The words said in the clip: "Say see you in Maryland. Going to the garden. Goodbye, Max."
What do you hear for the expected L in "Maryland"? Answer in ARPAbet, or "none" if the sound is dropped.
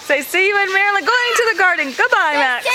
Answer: none